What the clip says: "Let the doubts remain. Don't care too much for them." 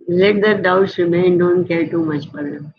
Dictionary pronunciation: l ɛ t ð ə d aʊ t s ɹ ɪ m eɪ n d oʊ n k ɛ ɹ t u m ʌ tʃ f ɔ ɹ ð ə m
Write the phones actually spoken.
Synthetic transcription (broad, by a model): l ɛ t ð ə d aʊ t s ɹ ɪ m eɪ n d oʊ n k ɛ ɹ t u m ʌ tʃ p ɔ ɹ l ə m